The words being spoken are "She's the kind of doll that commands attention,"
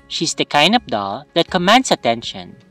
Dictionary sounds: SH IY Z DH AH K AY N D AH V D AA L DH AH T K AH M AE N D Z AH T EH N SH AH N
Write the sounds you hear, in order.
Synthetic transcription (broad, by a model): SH IY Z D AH K AY N D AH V D AA L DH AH T K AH M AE N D S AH T EH N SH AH N